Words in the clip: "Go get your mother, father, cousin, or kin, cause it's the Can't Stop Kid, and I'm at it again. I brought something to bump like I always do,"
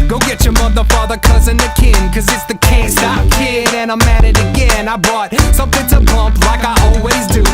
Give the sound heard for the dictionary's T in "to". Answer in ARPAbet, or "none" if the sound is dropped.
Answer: T